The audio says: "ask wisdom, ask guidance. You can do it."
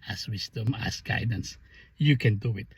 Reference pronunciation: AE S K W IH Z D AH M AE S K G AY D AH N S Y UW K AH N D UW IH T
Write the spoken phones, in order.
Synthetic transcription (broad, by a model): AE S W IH S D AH M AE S G AY D AH N S Y UW K AH N D UW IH T